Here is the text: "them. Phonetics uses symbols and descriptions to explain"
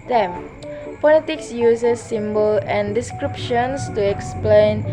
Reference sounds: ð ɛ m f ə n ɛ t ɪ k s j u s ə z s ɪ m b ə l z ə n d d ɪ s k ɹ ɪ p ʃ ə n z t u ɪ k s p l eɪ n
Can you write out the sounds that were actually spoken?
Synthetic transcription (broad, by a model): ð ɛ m p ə l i t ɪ k s j u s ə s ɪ m b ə l ə n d d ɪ s k ɹ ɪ p ʃ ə n s t u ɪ k s p l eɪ n